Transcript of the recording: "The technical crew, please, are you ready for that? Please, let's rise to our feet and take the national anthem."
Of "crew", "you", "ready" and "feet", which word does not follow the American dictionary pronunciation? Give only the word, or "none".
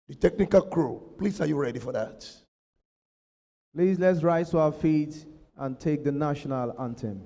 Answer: none